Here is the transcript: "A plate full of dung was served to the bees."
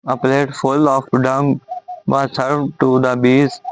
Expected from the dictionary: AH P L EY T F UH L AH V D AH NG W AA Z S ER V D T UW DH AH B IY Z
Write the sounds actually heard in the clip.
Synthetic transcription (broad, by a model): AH P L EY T F UH L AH F D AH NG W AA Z S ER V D T UW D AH B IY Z